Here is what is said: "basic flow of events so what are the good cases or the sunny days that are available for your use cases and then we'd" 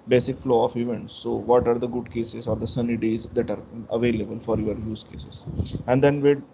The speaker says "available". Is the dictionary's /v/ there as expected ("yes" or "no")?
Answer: yes